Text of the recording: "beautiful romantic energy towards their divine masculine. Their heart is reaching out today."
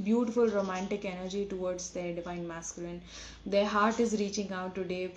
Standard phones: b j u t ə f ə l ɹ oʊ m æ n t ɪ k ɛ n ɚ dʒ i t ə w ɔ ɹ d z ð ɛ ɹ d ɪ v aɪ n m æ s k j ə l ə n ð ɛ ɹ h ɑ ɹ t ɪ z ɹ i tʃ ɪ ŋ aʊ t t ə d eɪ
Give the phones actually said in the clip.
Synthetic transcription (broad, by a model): b j u t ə f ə l ɹ oʊ m æ n t ɪ k ɛ n ɚ dʒ i t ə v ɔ ɹ d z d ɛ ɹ d ɪ v aɪ n m æ s k j ə l ə n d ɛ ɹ h ɑ ɹ t ɪ z ɹ i tʃ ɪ ŋ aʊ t t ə d eɪ